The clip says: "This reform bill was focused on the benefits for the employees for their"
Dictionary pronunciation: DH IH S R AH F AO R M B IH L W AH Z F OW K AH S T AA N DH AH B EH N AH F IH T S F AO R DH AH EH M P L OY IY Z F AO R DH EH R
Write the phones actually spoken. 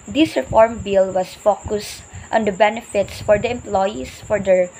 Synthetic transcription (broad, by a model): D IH S R AH F AO R M B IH L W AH S F OW K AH S T AA N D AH B EH N AH F IH T S F AO R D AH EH M P L OY IY S F AO R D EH R